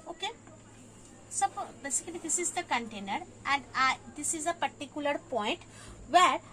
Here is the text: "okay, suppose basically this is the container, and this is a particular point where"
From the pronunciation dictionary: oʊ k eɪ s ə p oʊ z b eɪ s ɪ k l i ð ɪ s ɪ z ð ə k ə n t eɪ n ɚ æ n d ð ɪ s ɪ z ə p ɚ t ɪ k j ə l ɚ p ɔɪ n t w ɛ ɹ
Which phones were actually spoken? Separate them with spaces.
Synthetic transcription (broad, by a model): oʊ k eɪ s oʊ b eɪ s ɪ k n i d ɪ s ɪ z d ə k ə n t eɪ n ɚ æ n d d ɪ s ɪ z ə p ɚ t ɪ k j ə l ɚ p ɔɪ n t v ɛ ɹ